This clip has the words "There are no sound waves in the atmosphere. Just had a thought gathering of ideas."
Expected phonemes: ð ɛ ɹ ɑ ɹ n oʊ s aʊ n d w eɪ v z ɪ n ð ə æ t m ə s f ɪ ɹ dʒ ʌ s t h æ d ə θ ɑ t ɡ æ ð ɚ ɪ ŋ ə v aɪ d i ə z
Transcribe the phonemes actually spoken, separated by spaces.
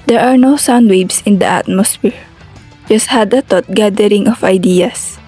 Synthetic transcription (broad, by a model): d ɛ ɹ ɑ ɹ n oʊ s aʊ n d w eɪ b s ɪ n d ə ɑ t m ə s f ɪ ɹ dʒ ʌ s t h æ d ə t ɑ t ɡ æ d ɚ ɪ ŋ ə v aɪ d i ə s